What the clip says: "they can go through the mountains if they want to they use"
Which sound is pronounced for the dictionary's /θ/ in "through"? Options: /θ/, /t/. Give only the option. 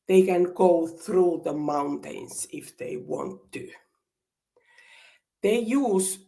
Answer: /θ/